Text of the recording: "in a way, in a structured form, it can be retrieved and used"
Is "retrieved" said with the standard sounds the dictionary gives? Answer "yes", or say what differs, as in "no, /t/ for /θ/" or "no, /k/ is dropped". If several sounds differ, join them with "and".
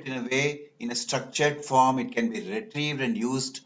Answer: yes